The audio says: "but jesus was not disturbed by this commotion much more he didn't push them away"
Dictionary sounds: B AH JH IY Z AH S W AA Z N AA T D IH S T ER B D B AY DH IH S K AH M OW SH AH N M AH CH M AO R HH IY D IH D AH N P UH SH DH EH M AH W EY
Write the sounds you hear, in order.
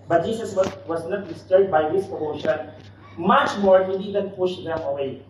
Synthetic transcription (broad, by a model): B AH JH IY S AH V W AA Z N AA T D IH S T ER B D B AY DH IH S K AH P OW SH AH N M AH CH M AO R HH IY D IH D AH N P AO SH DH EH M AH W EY